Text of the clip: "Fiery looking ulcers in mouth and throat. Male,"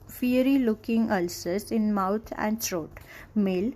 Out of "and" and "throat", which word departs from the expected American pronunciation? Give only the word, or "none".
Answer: throat